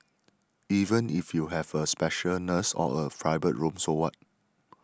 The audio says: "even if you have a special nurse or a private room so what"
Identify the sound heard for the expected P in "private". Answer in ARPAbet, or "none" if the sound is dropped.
F